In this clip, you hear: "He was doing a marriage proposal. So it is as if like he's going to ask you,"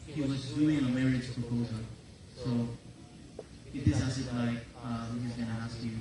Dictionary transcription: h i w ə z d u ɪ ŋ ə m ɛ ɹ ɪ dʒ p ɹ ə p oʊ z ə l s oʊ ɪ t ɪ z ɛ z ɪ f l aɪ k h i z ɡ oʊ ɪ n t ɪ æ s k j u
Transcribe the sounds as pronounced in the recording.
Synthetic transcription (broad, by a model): h i w ə z d u ɪ ŋ ə m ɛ ɹ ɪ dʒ p ɹ ə p oʊ z ə l s oʊ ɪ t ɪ s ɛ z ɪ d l aɪ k h i z ɡ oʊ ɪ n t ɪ æ s k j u